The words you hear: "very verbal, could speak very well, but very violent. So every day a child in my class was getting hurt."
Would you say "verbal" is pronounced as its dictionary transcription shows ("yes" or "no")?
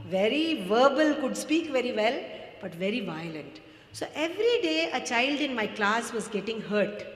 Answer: yes